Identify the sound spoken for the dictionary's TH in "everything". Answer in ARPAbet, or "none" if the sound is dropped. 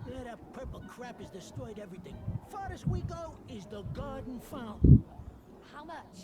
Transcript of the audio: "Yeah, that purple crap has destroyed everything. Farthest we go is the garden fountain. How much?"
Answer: TH